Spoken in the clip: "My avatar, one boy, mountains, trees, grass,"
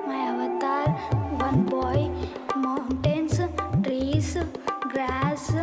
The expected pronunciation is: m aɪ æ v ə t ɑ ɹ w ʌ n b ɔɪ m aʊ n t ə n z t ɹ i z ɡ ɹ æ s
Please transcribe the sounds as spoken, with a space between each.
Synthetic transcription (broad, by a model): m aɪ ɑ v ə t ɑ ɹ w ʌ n b ɔɪ m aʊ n t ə n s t ɹ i s ɡ ɹ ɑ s